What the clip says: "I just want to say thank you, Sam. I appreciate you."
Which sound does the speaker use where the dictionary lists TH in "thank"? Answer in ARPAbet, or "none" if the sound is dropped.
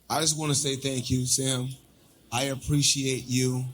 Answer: TH